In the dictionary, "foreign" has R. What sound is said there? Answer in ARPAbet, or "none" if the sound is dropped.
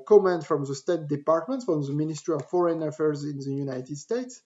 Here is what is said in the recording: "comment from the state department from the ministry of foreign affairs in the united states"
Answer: R